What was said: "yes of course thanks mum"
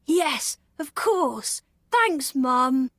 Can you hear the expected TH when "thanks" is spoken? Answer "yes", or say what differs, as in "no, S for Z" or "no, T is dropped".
yes